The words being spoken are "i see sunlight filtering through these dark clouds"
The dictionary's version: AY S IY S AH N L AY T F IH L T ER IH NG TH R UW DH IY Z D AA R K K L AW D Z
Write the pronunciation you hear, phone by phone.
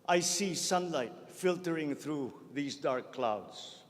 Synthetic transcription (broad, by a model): AY S IY S AH N L AY T F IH L T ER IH NG T R UW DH IY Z D AA R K K L AW D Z